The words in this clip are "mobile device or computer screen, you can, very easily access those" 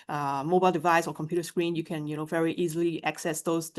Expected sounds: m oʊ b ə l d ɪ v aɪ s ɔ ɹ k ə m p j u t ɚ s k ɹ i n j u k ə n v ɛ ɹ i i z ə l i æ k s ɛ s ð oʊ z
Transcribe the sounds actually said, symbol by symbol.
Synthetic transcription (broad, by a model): m oʊ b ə l d ɪ v aɪ s ɔ ɹ k ə m p j u t ɚ s k ɹ i n j u k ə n v ɛ ɹ i i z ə l i æ k s ɛ s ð oʊ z